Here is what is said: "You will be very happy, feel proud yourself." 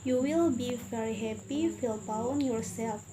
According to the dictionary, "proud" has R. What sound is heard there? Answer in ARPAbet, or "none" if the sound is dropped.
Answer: none